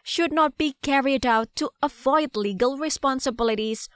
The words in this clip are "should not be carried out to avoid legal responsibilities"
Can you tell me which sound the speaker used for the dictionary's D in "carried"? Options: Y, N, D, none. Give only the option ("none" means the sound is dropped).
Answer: D